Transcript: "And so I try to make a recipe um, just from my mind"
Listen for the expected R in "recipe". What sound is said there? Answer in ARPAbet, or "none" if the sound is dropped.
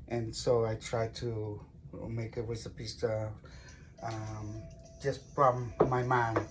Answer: W